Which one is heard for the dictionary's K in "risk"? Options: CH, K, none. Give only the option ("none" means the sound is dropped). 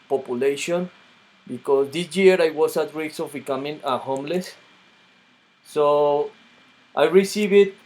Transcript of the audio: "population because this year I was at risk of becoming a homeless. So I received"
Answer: none